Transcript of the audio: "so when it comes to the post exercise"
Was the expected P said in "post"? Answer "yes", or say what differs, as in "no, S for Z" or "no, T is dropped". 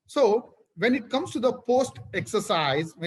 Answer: yes